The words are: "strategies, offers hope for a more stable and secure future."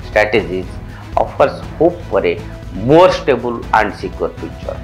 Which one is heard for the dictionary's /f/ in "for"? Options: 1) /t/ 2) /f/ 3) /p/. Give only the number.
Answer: 3